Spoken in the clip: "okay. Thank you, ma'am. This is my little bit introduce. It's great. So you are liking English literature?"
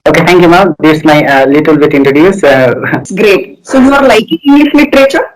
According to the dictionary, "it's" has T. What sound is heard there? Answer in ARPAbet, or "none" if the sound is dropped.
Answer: S